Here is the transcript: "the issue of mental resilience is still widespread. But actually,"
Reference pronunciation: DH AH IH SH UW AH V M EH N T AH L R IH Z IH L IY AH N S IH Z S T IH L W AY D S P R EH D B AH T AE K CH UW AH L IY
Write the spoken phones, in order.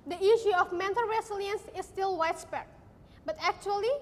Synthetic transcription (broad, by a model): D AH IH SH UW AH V M EH N T AH L R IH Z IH L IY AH N S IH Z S T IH L W AY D S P EH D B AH T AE K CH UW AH L IY